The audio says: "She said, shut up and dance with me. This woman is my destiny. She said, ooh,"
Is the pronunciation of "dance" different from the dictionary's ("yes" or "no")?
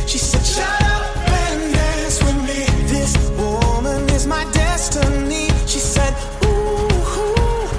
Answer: yes